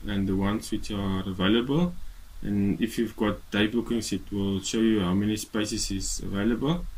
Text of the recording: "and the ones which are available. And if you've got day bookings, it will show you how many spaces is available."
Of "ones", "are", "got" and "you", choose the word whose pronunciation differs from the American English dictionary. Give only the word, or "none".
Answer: ones